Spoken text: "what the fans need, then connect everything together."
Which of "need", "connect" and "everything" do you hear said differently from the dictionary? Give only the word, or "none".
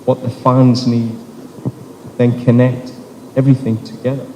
none